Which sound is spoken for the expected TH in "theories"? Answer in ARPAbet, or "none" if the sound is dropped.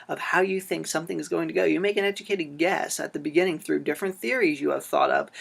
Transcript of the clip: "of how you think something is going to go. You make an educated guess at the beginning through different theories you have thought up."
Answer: TH